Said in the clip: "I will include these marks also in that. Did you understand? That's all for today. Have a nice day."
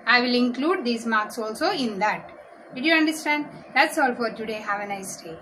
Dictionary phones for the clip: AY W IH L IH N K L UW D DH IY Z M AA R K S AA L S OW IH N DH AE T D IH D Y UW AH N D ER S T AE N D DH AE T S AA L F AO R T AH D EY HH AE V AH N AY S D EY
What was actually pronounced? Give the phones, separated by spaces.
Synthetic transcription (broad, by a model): AY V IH L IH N K L UW D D IY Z M AA R K S AA L S OW IH N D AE T D IH D Y UW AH N D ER S T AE N D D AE T S AA L F AO R T AH D EY HH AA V AH N AY S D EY